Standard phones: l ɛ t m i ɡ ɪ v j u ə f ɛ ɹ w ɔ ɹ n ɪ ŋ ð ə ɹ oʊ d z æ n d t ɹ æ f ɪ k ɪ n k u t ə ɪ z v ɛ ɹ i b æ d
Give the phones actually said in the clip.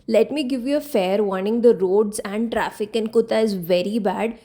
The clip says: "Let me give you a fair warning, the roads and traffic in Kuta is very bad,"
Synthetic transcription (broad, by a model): l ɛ t m i ɡ ɪ v j u ə f ɛ ɹ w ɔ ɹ n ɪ ŋ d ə ɹ oʊ d z æ n d t ɹ æ f ɪ k ɪ n k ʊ t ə ɪ z v ɛ ɹ i b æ d